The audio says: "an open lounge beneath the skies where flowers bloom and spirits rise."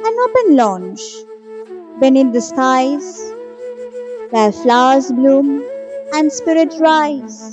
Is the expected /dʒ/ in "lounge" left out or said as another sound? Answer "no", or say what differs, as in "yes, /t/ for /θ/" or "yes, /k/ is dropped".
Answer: yes, /tʃ/ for /dʒ/